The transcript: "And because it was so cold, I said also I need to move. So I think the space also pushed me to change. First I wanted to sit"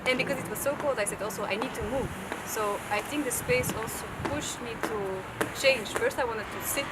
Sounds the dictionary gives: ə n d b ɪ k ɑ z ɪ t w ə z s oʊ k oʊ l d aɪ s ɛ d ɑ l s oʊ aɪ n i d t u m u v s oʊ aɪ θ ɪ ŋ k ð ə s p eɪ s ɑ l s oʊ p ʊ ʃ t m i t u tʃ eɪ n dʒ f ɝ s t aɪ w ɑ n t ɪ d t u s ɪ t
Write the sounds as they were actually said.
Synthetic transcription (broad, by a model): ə n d b ɪ k ɑ z ɪ t w ə z s oʊ k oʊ l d aɪ s ɛ d ɑ l s oʊ aɪ n i d t u m u v s oʊ aɪ θ ɪ ŋ k ð ə s p eɪ s ɑ l s oʊ p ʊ ʃ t m i t u tʃ eɪ n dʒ f ɝ s t aɪ w ɑ n t ɪ d t u s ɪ t